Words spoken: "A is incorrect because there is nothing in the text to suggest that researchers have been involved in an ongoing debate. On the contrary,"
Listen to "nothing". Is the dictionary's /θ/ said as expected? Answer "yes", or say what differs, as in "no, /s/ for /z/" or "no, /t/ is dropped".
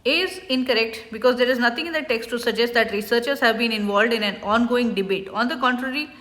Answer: no, /t/ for /θ/